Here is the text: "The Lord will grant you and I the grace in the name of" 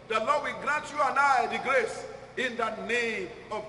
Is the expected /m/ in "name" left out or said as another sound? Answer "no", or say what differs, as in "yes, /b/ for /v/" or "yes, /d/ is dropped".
yes, /m/ is dropped